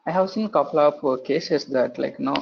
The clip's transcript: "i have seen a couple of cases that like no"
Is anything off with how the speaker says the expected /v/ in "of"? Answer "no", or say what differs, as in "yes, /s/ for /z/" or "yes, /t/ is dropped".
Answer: yes, /p/ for /v/